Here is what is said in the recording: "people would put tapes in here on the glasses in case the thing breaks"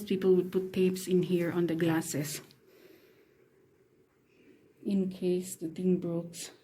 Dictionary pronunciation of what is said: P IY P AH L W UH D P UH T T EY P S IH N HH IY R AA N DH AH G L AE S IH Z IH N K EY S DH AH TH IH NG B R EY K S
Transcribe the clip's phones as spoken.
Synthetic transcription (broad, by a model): P IY P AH L W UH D P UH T T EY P S IH N HH IY R AA N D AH G L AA S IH S IH N K EY S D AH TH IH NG B R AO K S